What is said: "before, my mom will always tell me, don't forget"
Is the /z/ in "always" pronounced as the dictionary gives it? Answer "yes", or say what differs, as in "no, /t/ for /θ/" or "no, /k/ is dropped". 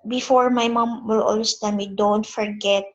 no, /s/ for /z/